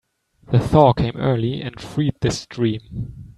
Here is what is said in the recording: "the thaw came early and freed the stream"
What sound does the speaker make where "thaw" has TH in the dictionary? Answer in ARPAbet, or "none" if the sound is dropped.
TH